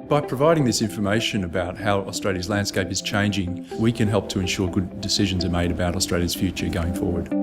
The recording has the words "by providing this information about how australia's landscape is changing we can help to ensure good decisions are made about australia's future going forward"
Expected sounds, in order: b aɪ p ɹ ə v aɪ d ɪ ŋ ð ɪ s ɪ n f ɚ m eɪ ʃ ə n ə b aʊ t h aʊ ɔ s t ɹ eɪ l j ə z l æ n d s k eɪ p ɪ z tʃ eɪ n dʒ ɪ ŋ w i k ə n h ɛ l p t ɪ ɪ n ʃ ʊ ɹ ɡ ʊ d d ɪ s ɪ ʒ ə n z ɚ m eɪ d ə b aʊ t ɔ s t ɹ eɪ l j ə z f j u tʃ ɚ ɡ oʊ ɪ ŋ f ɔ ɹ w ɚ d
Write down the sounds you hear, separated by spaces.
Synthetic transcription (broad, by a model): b aɪ p ɹ ə v aɪ d ɪ ŋ ð ɪ s ɪ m f ɚ m eɪ ʃ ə n ə b aʊ t h aʊ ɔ s t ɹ eɪ l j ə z l æ n d s k eɪ p ɪ z tʃ eɪ n dʒ ɪ ŋ w i k ə n h ɛ l p t ɪ ɪ n ʃ ʊ ɹ ɡ ʊ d d ɪ s ɪ ʒ ə n z ɚ m eɪ d ə b aʊ t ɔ s t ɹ eɪ l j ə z f j u tʃ ɚ ɡ oʊ ɪ ŋ f ɔ ɹ w ɚ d